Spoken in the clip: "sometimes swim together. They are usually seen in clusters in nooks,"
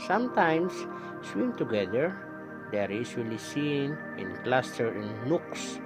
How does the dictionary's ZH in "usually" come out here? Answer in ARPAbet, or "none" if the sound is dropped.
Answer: S